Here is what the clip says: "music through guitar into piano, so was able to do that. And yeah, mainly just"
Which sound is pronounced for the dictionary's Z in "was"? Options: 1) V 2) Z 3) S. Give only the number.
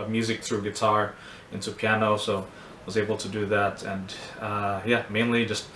2